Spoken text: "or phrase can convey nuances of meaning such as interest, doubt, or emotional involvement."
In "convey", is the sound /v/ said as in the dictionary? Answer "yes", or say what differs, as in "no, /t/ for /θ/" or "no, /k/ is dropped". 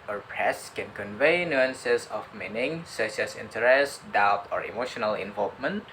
yes